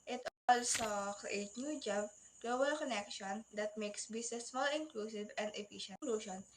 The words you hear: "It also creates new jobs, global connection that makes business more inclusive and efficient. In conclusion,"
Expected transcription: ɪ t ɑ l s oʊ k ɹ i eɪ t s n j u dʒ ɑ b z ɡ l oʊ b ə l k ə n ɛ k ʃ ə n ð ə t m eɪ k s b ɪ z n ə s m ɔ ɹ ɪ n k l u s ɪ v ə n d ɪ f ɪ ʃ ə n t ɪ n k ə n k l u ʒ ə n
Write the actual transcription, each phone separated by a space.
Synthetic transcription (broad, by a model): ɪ t ɑ l s oʊ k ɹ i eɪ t n j u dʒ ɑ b ɡ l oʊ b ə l k ə n ɛ k ʃ ə n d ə t m eɪ k s b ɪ s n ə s m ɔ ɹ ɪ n k l u s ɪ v ə n d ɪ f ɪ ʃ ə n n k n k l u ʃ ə n